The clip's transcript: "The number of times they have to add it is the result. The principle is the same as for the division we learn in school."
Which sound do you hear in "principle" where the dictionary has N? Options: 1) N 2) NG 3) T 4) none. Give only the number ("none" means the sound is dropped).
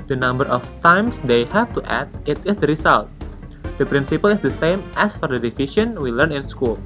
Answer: 1